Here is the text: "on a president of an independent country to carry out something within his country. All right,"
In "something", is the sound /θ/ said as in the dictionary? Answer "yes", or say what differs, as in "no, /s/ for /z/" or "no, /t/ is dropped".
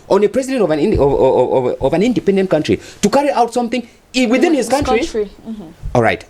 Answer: yes